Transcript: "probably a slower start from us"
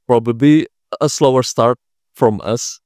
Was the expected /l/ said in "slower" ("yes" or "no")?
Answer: yes